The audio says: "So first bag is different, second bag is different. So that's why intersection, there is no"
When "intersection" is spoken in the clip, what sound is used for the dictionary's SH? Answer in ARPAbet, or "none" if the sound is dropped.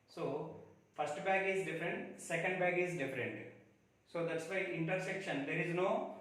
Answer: SH